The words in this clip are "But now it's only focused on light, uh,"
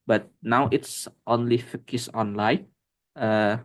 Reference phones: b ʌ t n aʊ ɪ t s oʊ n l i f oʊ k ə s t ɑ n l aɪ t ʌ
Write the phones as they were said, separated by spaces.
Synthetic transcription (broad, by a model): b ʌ t n aʊ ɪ t s oʊ n l i f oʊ k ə s ɑ n l aɪ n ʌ